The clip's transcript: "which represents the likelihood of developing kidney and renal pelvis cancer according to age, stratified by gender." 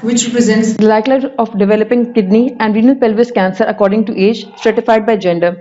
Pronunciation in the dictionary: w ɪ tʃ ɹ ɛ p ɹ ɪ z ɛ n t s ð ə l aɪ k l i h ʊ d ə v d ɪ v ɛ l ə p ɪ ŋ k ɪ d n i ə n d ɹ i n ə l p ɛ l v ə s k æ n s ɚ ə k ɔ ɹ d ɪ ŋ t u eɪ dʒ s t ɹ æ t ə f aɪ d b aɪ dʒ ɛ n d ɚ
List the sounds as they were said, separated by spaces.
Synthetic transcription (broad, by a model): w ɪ tʃ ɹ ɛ p ɹ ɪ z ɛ n t s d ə l aɪ k l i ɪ ə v d ɪ v ɛ l ə p ɪ ŋ k ɪ d n i ə n d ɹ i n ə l p ɛ l v ə s k æ n s ɚ ə k ɔ ɹ d ɪ ŋ t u eɪ dʒ s t ɹ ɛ t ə f aɪ d b aɪ dʒ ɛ n d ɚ